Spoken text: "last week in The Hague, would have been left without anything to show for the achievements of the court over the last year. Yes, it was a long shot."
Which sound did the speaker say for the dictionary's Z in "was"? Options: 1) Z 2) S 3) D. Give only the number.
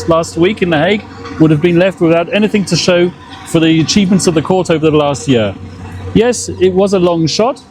1